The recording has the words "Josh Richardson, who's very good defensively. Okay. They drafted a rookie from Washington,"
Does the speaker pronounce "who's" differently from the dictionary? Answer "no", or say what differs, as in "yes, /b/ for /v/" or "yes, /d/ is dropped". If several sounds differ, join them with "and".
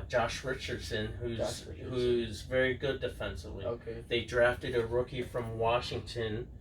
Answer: no